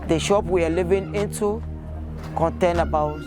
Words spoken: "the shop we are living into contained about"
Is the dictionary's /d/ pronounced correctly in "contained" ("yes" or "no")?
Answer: no